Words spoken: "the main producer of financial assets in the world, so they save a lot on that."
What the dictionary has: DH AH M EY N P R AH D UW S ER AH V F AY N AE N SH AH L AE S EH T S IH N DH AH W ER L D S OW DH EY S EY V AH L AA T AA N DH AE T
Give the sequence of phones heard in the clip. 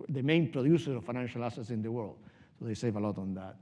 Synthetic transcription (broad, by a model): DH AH M EY N P R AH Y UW S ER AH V F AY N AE N SH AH L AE S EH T S IH N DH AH W ER L D S OW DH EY S EY V AH L AA T AA N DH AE T